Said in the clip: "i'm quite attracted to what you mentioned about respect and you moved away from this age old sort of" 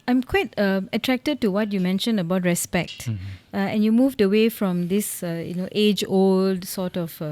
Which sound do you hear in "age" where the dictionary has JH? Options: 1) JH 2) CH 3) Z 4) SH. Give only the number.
1